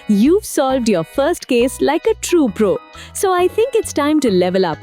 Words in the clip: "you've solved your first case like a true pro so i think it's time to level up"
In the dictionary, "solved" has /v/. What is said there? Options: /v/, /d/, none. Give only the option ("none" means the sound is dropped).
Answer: /v/